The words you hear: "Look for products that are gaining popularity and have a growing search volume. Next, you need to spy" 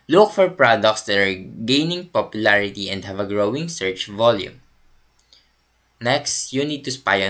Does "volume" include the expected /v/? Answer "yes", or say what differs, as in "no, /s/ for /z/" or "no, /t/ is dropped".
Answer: yes